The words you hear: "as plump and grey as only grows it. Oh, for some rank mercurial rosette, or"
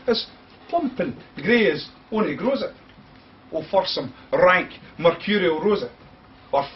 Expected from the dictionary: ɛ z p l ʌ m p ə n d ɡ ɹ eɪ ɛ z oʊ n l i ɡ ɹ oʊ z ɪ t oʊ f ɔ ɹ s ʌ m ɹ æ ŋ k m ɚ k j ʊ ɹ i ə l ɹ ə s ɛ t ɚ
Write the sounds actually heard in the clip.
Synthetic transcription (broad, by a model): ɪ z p ʌ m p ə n ɡ ɹ eɪ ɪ z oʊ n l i ɡ ɹ oʊ z ɪ t oʊ f ɔ ɹ s ʌ m ɹ æ ŋ k m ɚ k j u ɹ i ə ɹ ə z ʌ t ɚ